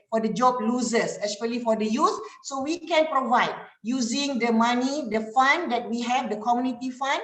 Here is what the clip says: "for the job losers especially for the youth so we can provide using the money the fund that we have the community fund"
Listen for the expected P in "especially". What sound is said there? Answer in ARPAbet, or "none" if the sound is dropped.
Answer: none